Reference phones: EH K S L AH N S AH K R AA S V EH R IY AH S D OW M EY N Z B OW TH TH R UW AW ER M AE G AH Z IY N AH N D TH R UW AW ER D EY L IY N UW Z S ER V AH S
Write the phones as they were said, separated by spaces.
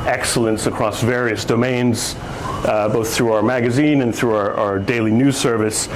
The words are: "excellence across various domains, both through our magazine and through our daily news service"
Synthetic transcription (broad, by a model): EH K S L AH N S AH K R AA S V EH R IY AH S D OW M EY N Z B OW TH TH R UW AW ER M AE G AH Z IY N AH N TH R UW AW ER D EY L IY N UW Z S ER V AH S